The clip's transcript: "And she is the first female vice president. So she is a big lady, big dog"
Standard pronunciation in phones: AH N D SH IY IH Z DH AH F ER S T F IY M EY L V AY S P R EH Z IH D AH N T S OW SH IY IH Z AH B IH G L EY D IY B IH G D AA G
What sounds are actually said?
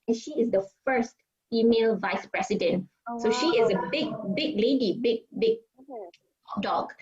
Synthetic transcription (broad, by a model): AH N SH IY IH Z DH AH F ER S T F IY M EY L V AY S P R EH S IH D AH N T S OW SH IY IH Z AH B IH G L EY D IY B IH G D AA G